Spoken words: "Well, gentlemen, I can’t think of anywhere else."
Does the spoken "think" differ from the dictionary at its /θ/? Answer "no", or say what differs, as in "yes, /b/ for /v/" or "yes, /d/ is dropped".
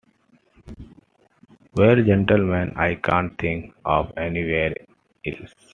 yes, /t/ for /θ/